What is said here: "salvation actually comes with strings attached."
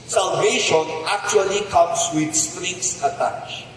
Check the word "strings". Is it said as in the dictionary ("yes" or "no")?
no